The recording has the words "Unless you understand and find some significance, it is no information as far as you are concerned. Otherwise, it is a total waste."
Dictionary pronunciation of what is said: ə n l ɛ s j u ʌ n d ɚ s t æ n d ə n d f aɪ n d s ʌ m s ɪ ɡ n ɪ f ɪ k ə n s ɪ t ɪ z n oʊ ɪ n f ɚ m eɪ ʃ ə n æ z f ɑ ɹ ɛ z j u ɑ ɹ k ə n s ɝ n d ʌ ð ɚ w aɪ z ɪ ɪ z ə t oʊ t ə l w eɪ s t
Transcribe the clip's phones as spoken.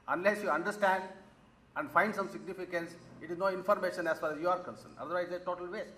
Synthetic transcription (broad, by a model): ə n l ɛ s j u ʌ n d ɚ s t æ n d ə n d f aɪ n d s ʌ m s ɪ ɡ n ɪ f ɪ k ə n s ɪ t ɪ z n oʊ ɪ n f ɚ m eɪ ʃ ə n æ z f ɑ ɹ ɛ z j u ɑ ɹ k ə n s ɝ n ʌ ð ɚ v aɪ ɪ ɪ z ə t oʊ t ə l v eɪ s t